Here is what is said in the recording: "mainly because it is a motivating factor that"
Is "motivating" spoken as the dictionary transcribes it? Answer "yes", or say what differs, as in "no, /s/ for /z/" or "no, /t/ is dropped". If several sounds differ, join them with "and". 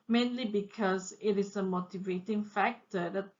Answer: yes